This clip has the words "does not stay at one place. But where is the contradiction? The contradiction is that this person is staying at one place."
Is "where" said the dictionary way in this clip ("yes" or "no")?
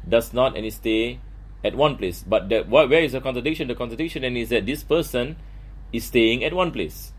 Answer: no